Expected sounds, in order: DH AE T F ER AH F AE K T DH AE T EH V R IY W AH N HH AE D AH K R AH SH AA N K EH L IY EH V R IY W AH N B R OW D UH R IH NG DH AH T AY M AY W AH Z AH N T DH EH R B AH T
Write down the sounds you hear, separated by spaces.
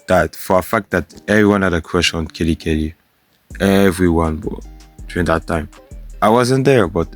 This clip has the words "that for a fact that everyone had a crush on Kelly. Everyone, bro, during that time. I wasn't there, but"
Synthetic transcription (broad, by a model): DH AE T F ER AH F AE K T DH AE T EH V R IY W AH N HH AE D AH K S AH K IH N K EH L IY EH V R IY W AH N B OW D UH R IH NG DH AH T AY M AY W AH Z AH N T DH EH R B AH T